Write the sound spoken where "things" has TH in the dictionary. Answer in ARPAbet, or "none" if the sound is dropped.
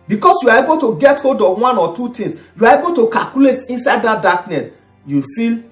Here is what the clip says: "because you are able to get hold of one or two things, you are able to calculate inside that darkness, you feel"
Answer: T